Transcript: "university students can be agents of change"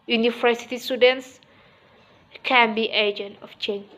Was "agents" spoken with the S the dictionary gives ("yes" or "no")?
no